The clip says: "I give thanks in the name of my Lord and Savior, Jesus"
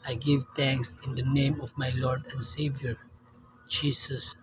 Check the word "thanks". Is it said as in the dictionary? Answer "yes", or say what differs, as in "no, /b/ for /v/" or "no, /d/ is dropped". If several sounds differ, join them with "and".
no, /t/ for /θ/